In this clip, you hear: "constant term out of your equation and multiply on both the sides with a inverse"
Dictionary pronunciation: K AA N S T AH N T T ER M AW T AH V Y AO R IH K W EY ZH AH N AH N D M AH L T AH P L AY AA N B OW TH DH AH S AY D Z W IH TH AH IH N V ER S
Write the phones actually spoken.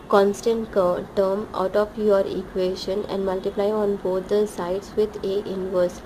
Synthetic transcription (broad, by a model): K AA N S T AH N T T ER M AW T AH F Y AO R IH K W EY SH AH N AH N D M AH L T AH P L AY AA N B OW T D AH S AY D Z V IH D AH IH N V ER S